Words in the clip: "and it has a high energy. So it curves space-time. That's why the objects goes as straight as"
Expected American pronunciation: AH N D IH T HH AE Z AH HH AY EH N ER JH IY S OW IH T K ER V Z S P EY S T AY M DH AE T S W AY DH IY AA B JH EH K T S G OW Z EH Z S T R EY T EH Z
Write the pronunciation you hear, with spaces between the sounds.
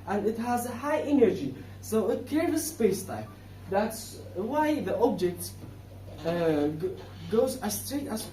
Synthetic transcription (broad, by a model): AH N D IH T HH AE Z AH HH AY EH N ER JH IY S OW IH T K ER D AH S P EY S T AY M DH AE T S W AY DH IY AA B JH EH K T G OW Z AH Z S T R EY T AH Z